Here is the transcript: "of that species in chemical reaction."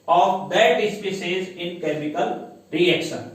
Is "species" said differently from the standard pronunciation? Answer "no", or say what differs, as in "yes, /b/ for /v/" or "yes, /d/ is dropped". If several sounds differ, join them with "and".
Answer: yes, /s/ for /ʃ/